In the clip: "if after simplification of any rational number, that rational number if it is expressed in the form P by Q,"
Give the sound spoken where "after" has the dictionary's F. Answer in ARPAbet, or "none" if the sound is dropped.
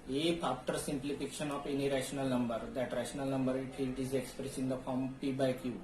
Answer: P